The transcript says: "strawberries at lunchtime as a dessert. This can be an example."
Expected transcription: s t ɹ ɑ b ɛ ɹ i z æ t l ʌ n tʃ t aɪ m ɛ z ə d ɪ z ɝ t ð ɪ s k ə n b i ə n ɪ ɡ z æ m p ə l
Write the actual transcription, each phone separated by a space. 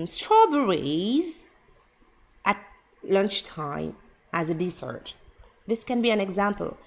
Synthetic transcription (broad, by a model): s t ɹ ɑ b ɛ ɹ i z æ t l ʌ n tʃ t aɪ m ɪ z ə d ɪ s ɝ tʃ ð ɪ s k ə n b i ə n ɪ ɡ z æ m p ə l